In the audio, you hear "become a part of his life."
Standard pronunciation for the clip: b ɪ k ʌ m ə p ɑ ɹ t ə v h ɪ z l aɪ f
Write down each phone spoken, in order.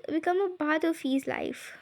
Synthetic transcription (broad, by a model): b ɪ k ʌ m ə b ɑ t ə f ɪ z l aɪ f